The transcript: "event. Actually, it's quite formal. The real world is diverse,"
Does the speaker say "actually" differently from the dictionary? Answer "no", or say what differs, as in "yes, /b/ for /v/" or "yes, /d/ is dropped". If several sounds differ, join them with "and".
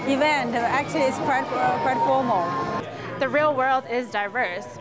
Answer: yes, /w/ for /l/